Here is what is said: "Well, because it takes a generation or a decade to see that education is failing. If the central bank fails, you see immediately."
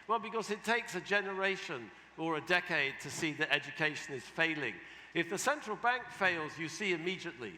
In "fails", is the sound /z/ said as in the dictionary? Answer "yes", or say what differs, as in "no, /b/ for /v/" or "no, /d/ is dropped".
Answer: yes